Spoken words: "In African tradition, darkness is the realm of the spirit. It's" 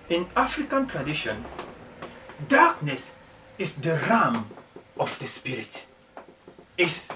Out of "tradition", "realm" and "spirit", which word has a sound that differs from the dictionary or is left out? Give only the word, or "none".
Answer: realm